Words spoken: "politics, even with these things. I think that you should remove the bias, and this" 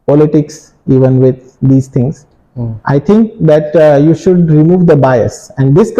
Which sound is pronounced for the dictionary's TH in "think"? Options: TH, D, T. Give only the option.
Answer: T